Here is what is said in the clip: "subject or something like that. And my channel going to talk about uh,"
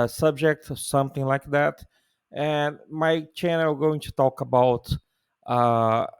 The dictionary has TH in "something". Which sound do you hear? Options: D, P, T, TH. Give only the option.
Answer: TH